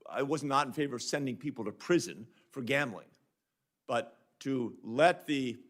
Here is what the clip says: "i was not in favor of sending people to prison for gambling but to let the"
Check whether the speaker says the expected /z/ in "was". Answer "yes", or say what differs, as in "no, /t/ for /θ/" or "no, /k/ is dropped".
yes